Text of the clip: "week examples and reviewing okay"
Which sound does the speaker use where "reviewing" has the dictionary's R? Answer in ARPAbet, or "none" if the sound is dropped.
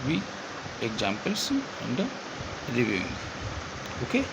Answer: L